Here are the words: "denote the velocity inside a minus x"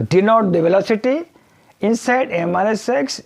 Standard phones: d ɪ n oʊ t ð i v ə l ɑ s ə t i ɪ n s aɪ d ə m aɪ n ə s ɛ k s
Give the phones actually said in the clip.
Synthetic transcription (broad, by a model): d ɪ n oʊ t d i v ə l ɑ s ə t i ɪ n s aɪ d ə m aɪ l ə s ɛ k s